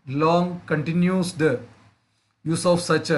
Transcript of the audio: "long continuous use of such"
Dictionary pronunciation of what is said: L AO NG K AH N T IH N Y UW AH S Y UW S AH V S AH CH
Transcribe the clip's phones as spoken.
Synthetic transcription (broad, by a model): L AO NG K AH N T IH N Y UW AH Y UW S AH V S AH CH